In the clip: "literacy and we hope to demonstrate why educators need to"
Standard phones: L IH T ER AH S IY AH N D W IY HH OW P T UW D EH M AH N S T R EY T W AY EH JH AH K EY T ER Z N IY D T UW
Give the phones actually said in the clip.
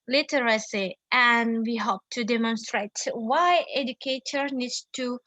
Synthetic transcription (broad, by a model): L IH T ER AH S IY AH N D W IY HH OW P T UW D EH M AH N S T R EY T W AY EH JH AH K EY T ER N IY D T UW